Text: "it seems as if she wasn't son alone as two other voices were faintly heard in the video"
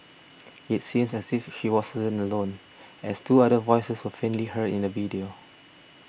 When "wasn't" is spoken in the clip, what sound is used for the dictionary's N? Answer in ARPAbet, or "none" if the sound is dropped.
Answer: none